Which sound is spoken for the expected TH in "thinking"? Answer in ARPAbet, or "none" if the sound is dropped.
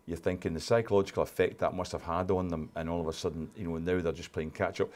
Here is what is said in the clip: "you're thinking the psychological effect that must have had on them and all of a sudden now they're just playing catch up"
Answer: TH